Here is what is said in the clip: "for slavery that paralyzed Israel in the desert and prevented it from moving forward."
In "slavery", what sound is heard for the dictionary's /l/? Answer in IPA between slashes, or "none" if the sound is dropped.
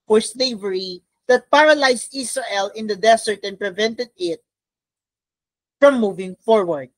/l/